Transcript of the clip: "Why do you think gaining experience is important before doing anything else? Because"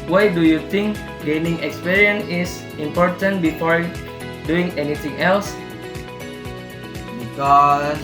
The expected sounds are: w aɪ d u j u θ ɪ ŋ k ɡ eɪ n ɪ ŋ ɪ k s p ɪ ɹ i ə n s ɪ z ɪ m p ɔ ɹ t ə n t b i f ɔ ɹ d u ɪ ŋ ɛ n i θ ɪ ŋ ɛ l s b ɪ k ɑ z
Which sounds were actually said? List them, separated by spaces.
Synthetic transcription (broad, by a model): w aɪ d u j u t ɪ ŋ k ɡ eɪ n ɪ ŋ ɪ k s p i ɹ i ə n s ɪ s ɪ m p ɔ ɹ t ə n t b i f ɔ ɹ d u ɪ ŋ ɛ n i t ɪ ŋ ɛ l s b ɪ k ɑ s